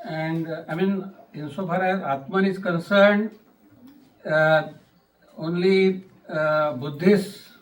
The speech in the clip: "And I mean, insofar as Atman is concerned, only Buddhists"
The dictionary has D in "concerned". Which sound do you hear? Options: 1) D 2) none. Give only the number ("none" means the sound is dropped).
1